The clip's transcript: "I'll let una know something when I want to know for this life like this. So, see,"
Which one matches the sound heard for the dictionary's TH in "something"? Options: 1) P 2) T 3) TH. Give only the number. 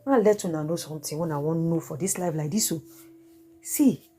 2